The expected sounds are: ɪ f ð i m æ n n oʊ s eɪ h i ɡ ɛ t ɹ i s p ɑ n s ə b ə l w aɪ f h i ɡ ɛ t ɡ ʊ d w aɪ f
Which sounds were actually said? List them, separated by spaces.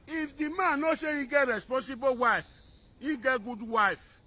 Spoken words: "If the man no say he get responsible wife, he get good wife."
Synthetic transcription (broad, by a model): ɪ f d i m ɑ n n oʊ ʃ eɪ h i ɡ ɛ t ɹ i s p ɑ n s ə b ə w aɪ f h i ɡ ɛ t ɡ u d w aɪ f